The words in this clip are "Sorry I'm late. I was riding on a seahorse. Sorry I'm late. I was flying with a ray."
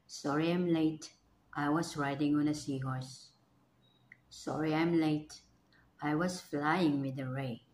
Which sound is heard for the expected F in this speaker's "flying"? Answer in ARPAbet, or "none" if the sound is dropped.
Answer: F